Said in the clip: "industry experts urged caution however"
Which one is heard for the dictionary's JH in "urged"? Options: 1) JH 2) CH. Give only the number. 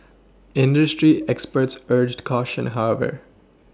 1